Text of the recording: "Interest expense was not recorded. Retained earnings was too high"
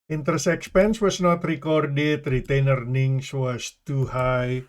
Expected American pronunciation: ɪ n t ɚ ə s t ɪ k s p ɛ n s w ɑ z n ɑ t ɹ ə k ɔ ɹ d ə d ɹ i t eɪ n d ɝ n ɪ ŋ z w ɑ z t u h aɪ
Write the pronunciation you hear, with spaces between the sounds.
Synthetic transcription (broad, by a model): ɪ n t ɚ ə s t ɪ k s p ɛ n s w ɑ s n ɑ t ɹ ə k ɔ ɹ d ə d ɹ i t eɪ n ɝ n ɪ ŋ s w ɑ s t u h aɪ